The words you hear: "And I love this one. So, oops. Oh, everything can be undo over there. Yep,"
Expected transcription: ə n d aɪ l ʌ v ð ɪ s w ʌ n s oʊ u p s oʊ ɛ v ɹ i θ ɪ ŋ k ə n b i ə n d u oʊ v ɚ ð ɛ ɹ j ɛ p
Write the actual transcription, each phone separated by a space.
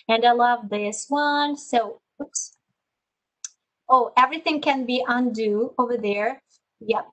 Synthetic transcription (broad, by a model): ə n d aɪ l ʌ v ð ɪ s w ʌ n s oʊ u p s oʊ ɛ v ɹ i θ ɪ ŋ k ə n b i ə n d u oʊ v ɚ ð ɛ ɹ j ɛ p